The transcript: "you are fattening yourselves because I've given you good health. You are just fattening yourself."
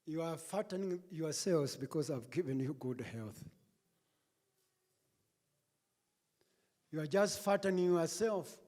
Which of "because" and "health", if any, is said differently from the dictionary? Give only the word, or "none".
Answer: none